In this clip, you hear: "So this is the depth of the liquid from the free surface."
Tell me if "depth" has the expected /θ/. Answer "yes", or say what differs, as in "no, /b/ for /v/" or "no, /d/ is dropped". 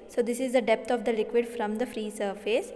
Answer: no, /t/ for /θ/